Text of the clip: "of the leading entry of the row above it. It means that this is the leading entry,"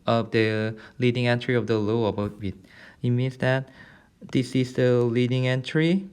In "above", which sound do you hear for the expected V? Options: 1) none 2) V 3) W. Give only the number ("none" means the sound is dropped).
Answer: 3